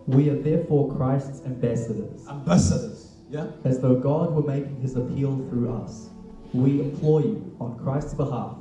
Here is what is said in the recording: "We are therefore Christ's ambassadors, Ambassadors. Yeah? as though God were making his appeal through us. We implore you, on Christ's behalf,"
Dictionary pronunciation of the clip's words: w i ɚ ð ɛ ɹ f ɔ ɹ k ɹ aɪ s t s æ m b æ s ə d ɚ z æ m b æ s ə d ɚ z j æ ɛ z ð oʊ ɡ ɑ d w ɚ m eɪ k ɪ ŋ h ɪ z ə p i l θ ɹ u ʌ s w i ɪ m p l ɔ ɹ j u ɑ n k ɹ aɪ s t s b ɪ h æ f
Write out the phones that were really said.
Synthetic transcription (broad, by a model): w i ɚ ð ɛ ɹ f ɔ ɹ k ɹ aɪ s t s æ m b æ s ə d ɚ z æ m b æ s ə d ɚ z j æ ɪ z ð oʊ ɡ ɑ d w ɚ m eɪ k ɪ ŋ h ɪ z ə p i l θ ɹ u ʌ s w i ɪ m p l ɔ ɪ j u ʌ n k ɹ aɪ s t s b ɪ h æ f